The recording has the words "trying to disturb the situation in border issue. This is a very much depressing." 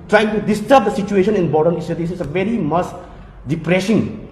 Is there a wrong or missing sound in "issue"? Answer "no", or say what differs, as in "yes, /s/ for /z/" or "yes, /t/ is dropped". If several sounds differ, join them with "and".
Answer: yes, /s/ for /ʃ/